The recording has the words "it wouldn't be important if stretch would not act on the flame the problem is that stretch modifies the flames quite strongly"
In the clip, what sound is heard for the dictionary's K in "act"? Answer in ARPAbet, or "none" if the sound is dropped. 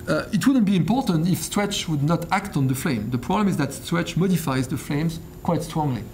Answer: K